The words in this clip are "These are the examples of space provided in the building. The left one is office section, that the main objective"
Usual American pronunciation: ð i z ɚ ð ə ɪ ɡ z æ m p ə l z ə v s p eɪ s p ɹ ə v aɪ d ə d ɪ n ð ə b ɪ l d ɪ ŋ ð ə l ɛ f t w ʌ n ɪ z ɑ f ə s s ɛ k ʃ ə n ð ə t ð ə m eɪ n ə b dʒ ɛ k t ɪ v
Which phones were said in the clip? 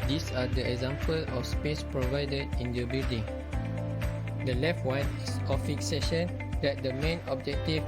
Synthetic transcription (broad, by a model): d i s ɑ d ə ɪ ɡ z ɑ m p ə l ə f s p eɪ s p ɹ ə v aɪ d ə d ɪ n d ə b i l d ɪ ŋ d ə l ɛ f t w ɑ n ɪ s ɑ f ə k s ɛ ʃ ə n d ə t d ə m eɪ n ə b dʒ ɛ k t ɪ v